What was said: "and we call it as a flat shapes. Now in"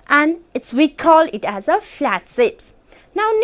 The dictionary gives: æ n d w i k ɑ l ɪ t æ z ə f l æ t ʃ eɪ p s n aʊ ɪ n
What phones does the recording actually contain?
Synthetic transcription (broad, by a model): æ n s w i k ɑ l ɪ t æ z ə f l æ t s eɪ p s n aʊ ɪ n